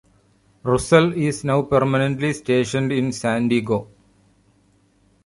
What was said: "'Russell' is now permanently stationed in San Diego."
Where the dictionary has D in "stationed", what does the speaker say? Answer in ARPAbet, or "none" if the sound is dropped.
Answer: D